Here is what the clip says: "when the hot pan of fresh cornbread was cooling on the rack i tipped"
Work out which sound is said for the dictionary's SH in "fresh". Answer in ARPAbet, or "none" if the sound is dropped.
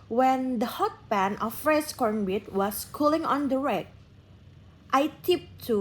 S